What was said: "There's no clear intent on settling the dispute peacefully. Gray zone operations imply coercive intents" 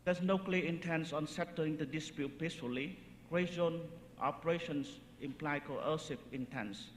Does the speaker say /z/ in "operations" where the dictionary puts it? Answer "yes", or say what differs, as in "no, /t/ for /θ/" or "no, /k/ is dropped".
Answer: no, /s/ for /z/